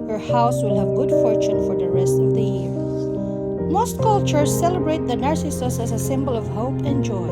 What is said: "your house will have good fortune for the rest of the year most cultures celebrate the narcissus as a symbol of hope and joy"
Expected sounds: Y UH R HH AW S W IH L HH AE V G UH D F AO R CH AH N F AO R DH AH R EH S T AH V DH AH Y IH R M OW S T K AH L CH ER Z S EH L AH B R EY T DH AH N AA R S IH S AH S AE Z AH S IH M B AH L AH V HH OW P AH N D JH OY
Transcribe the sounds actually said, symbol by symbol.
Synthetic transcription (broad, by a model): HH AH R HH AW S W IH L HH AE V G UH D F AO R CH AH N F AO R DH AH R EH S T AH V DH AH Y IH R M OW S T K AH L CH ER S EH L AH B R EY T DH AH N AA R S IH S AH S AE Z AH S IH M B AH L AH V HH OW P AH N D JH OY